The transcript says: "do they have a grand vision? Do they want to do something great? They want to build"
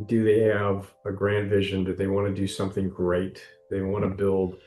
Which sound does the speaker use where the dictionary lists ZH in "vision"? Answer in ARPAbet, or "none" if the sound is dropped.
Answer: ZH